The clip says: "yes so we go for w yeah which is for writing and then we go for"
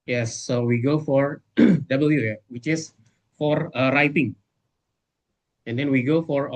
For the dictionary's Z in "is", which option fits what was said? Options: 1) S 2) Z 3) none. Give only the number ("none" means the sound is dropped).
1